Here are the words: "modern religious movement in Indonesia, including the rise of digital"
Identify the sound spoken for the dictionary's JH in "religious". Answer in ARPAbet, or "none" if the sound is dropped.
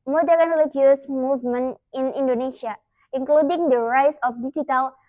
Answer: none